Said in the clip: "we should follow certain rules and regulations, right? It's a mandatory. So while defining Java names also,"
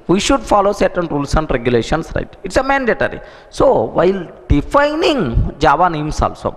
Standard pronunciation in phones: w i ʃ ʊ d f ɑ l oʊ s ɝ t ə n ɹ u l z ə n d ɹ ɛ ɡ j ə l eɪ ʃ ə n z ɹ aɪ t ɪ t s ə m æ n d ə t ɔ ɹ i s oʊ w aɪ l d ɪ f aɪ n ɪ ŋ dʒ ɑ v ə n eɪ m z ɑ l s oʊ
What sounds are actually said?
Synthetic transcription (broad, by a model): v i ʃ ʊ d f ɑ l oʊ s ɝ t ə n ɹ u l s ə n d ɹ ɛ ɡ j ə l eɪ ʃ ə n s ɹ aɪ t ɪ t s ə m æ n d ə t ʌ ɹ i s oʊ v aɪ l d ɪ f aɪ n ɪ ŋ dʒ ɑ v ə n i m s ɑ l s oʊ